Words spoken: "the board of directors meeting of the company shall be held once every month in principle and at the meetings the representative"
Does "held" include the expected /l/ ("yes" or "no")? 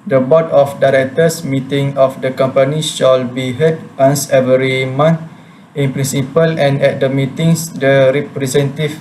no